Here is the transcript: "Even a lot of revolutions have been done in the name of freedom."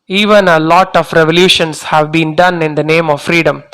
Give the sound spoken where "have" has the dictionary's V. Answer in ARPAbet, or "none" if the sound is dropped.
V